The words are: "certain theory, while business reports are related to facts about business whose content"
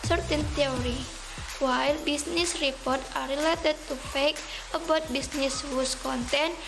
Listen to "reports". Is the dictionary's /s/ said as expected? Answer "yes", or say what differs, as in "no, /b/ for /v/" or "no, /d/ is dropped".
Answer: no, /s/ is dropped